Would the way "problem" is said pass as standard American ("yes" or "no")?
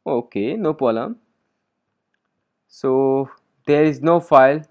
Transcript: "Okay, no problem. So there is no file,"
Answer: no